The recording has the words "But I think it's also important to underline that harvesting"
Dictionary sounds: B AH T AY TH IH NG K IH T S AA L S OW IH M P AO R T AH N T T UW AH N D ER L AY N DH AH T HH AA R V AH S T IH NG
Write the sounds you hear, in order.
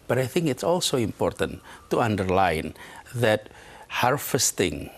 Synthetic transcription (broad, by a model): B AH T AY TH IH NG K IH T S AA L S OW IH M P AO R T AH N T T UW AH N D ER L AY N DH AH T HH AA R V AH S T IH NG